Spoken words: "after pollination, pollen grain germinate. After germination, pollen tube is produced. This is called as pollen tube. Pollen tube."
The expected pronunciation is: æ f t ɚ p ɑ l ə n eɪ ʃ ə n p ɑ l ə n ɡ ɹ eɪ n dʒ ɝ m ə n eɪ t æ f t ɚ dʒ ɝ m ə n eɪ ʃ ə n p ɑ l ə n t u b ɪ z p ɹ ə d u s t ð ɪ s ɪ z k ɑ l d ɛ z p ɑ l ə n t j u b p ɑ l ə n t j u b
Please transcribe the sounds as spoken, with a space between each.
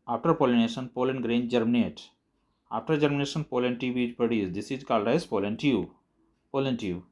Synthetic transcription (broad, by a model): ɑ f t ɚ p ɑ l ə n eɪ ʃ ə n p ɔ l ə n ɡ ɹ eɪ n dʒ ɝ m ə n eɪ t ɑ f t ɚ dʒ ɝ m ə n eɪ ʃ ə n p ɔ l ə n t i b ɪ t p ə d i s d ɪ s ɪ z k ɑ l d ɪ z p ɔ l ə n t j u p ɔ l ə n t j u